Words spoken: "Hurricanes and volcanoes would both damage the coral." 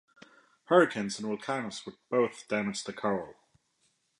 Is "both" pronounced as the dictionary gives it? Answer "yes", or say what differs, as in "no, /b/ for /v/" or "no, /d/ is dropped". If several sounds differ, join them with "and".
yes